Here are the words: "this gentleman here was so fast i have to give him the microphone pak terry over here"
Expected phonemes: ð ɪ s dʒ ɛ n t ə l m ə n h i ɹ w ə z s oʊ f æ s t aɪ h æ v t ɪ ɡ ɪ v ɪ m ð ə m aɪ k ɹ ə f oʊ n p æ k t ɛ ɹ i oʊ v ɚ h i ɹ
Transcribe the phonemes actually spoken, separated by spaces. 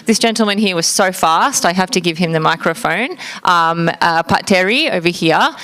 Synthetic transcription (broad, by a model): ð ɪ s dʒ ɛ n t l m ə n h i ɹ w ə z s oʊ f æ s t aɪ h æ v t ɪ ɡ ɪ v ɪ m ð ə m aɪ k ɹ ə f oʊ n p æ t ɛ ɹ i oʊ v ɚ h i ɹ